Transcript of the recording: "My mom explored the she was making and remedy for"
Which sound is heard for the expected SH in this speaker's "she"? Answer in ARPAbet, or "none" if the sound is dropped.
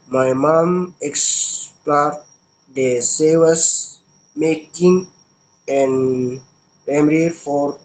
S